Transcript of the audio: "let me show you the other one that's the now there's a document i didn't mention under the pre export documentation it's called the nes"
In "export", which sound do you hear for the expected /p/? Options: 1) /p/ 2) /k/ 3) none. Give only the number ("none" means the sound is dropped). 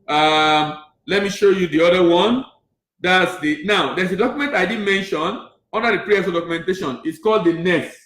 3